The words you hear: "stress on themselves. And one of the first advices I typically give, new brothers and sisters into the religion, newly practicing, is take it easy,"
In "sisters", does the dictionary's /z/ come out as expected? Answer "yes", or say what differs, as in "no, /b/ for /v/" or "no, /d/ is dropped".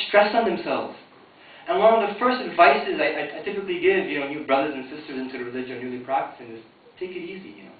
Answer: yes